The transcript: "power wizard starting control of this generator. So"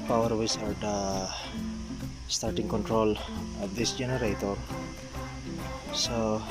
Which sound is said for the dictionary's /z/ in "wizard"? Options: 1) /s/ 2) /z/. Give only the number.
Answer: 1